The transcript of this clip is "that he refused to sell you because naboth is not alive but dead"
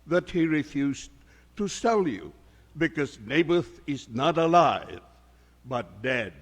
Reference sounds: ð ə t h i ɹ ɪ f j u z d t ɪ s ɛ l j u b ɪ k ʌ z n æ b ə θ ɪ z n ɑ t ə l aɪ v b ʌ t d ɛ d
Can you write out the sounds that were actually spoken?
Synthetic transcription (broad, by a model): ð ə t h i ɹ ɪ f j u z t ɪ s ɛ l j u b ɪ k ʌ z n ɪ b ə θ ɪ z n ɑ t ə l aɪ v b ʌ t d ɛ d